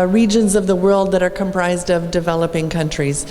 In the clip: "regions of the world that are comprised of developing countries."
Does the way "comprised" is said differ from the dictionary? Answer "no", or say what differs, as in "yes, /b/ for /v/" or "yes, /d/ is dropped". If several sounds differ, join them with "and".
no